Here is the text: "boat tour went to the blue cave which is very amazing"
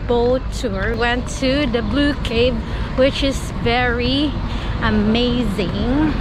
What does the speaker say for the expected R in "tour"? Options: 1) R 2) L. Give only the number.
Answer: 1